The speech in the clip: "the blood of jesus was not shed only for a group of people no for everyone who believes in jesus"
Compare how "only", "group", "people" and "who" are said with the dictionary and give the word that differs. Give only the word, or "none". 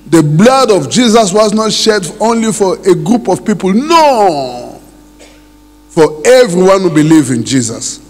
none